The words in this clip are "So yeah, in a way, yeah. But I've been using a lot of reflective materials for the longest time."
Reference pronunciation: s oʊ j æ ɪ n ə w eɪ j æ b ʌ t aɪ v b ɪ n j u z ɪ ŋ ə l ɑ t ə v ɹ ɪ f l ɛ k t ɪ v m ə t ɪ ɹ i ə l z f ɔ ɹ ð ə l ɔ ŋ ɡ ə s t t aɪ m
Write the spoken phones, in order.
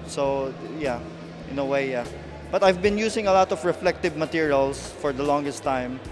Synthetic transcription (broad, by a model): s oʊ j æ ɪ n ə w eɪ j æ b ʌ t aɪ v b ɪ n j u s ɪ ŋ ə l ɑ t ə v ɹ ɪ f l ɛ k t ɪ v m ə t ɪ ɹ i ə l s f ɔ ɹ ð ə l ɔ ŋ ɡ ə s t t aɪ m